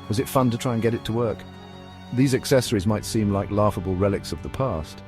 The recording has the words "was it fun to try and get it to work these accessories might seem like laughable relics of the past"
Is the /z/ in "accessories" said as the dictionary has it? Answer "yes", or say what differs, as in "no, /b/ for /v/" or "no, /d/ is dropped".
yes